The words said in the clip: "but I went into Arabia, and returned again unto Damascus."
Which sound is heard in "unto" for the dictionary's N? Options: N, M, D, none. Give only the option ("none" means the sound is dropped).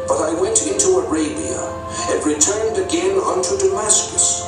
N